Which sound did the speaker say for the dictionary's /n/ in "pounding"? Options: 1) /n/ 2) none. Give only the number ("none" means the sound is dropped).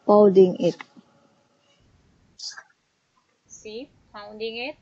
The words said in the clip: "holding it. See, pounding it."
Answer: 2